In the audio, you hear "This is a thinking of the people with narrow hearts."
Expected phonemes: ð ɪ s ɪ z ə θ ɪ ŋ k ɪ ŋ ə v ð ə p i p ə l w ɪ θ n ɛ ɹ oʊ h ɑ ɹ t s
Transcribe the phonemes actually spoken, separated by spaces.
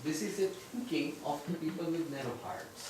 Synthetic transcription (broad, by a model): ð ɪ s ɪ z ə t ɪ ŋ k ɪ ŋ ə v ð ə p i p ə l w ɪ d n ɛ ɹ oʊ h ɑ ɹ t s